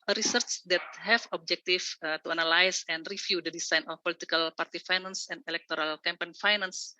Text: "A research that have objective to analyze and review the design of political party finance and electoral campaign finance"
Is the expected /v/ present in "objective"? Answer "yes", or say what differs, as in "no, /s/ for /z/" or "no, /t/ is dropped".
no, /f/ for /v/